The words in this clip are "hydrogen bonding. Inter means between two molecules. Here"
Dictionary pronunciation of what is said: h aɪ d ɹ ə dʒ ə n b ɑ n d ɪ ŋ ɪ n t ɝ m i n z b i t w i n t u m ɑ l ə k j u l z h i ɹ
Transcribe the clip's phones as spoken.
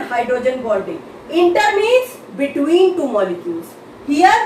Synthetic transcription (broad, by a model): h aɪ d ɹ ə dʒ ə n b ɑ l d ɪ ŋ ɪ n t ɝ m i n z b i t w i n t u m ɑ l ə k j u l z h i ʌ